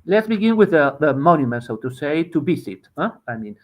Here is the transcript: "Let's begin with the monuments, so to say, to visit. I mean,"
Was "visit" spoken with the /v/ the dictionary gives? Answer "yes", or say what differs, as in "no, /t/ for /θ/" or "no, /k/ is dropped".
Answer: no, /b/ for /v/